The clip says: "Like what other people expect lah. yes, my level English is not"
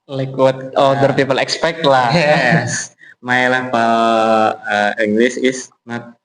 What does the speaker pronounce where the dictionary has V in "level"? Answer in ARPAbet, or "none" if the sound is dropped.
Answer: P